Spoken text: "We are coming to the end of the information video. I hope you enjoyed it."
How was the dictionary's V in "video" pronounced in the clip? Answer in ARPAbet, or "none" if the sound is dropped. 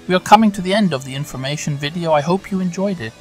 V